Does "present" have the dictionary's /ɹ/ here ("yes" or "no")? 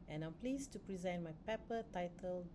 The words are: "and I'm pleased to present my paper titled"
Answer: yes